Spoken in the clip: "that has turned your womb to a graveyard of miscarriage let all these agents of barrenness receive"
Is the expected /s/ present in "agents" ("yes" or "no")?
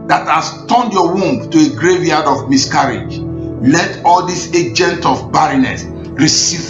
no